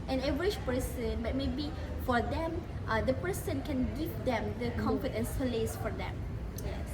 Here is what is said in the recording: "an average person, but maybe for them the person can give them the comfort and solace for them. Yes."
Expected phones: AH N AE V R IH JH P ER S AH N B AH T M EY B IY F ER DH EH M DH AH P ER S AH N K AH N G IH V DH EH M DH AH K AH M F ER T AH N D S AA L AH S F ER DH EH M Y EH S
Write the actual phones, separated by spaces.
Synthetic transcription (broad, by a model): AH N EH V R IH CH P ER S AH N B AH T M EY B IY F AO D EH M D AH P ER S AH N K AH N G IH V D EH M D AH K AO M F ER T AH N S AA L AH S F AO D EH M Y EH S